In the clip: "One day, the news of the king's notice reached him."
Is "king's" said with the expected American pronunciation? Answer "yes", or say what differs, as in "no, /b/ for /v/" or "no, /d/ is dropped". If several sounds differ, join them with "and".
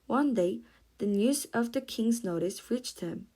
yes